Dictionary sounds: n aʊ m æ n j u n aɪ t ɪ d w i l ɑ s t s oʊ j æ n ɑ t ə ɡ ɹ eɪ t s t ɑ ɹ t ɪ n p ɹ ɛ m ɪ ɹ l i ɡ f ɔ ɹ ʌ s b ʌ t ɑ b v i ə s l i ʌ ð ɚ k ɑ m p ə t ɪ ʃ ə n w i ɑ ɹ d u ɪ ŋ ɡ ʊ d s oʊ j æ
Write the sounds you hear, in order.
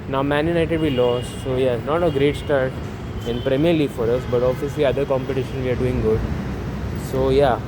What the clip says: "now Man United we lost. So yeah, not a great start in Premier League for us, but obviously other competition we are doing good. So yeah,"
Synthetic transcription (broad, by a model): n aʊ m æ n j u n aɪ t ɪ d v i l ɑ s t s oʊ j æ n ɑ t ə ɡ ɹ eɪ t s t ɑ ɹ t ɪ n p ɹ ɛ m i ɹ l i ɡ f ɔ ɹ ʌ s b ʌ t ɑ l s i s i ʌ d ɚ k ɑ m p ə t ɪ ʃ ə n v i ɑ ɹ d u ɪ ŋ ɡ ʊ d s oʊ j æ